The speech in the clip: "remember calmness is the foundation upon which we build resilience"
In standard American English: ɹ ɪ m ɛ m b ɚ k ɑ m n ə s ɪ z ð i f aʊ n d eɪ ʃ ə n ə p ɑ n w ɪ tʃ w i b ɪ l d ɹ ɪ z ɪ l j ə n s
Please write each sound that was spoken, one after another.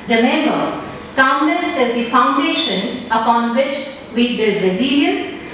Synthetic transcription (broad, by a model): ɹ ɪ m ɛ m b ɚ k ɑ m l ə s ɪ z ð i f aʊ n d eɪ ʃ ə n ə p ɑ n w ɪ tʃ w i b ɪ l d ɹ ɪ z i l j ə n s